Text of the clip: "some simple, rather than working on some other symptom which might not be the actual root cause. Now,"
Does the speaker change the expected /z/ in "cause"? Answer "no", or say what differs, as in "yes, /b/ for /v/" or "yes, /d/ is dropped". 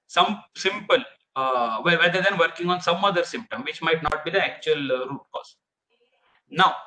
yes, /s/ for /z/